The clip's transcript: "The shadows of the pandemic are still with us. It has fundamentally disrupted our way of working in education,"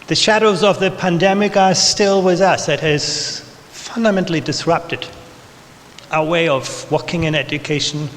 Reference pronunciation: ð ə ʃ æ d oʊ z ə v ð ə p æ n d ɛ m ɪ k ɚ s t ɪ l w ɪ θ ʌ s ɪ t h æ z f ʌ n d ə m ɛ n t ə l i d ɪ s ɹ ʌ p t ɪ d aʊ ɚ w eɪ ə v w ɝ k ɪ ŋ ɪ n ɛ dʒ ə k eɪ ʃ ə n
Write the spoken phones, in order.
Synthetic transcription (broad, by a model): ð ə ʃ æ d oʊ z ə v ð ə p æ n d ɛ m ɪ k ɚ s t ɪ l w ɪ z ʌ s ɪ t h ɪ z f ʌ n d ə m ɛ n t l i d ɪ s ɹ ʌ p t ɪ d aʊ ɚ w eɪ ə v w ɝ k ɪ ŋ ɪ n ɛ dʒ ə k eɪ ʃ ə n